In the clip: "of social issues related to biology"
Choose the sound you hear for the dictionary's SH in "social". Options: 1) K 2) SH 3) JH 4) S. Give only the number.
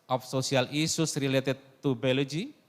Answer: 4